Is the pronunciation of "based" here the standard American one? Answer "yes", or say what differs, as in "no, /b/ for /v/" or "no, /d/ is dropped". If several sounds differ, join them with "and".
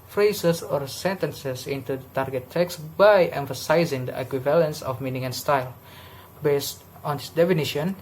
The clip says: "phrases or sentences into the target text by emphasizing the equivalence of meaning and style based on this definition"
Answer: yes